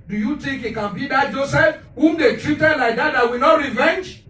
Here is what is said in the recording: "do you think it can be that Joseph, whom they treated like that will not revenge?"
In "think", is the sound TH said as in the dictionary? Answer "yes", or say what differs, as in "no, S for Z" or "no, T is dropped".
no, T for TH